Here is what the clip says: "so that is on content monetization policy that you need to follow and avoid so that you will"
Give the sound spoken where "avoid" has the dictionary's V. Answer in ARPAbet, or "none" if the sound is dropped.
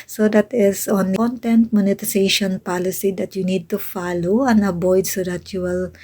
B